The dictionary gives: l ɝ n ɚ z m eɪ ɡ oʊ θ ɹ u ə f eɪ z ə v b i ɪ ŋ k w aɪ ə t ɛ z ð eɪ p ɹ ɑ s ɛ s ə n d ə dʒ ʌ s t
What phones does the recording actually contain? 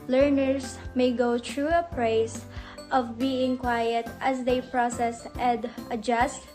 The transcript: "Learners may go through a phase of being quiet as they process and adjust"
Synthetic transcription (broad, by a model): l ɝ n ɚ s m eɪ ɡ oʊ t ɹ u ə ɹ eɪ s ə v b i ɪ ŋ k w aɪ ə t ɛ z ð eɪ p ɹ ɑ s ɛ s ə n d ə dʒ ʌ s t